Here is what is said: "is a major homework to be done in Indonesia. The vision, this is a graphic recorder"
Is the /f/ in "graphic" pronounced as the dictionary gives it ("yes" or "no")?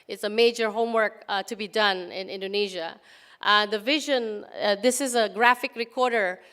yes